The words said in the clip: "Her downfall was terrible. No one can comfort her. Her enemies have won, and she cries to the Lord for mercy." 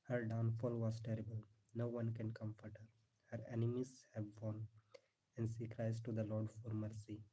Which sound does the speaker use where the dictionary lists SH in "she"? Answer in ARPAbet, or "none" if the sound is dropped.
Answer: S